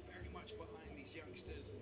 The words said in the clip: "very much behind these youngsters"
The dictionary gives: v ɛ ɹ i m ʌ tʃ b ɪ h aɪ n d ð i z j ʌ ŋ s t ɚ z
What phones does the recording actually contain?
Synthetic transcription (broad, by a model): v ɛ ɹ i m ʌ tʃ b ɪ h aɪ n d ð i z j ʌ ŋ s t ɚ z